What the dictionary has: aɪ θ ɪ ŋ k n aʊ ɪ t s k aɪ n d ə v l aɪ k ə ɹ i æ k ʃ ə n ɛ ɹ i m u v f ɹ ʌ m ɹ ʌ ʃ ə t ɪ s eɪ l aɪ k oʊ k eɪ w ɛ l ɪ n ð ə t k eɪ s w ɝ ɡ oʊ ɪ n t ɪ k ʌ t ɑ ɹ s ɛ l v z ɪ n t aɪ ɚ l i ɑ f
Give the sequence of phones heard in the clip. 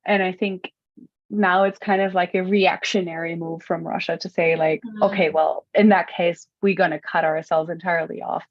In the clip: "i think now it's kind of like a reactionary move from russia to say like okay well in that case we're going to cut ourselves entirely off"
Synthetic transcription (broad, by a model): aɪ θ ɪ ŋ k n aʊ ɪ t s k aɪ n d ə v l aɪ k ə ɹ i æ k ʃ ə n ɛ ɹ i m u v f ɹ ʌ m ɹ ʌ ʃ ə t ɪ s eɪ l aɪ k oʊ k eɪ w ɛ l ɪ n ð ə t k eɪ s w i ɡ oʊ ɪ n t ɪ k ʌ t ɑ ɹ s ɛ l v z ɪ n t aɪ ɚ l i ɑ f